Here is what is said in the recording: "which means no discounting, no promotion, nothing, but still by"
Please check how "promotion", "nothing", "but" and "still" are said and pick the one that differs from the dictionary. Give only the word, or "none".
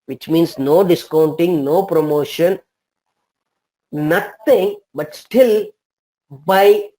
nothing